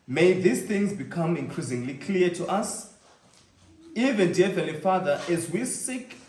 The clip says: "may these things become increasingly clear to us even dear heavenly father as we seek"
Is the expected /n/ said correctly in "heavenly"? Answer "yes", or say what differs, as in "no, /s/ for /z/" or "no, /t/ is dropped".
no, /n/ is dropped